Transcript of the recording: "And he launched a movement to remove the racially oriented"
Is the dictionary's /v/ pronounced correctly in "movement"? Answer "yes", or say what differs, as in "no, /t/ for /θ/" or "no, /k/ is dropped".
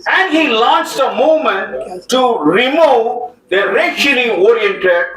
no, /v/ is dropped